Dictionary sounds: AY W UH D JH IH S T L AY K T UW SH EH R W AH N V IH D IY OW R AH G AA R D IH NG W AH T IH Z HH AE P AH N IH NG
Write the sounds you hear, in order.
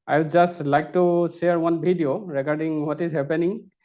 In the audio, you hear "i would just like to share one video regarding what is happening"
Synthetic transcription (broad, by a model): AY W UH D JH IH S T L AY K T UW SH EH R W AH N B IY D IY OW R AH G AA R D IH NG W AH T IH Z HH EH P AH N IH NG